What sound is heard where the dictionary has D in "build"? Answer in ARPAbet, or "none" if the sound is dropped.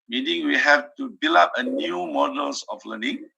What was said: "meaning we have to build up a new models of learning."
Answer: none